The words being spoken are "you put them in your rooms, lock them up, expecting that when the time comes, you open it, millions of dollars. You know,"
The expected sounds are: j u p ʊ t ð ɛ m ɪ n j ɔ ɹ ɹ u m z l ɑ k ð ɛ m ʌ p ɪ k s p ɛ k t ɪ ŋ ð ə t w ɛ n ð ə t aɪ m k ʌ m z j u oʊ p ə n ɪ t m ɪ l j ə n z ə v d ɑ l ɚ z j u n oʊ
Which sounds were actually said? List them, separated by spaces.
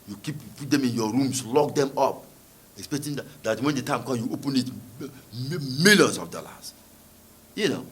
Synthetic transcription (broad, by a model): j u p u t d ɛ m ɪ n j ɔ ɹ ɹ u m s l ɑ k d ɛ m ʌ p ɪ k s p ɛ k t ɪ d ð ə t w ɛ n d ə t aɪ m k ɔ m j u oʊ p ə n ɪ t m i l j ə n s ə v d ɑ l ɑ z j u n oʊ